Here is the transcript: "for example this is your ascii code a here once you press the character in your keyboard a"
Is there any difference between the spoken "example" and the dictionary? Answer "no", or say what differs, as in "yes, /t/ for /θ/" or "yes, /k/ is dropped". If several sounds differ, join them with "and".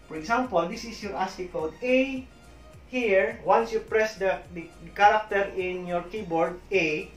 yes, /s/ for /z/